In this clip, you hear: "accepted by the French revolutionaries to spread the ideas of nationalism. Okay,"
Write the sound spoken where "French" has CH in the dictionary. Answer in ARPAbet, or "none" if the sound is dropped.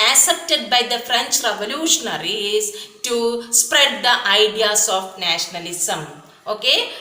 CH